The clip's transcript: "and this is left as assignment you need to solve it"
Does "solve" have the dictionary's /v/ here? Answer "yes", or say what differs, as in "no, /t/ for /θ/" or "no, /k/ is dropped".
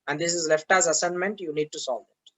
no, /v/ is dropped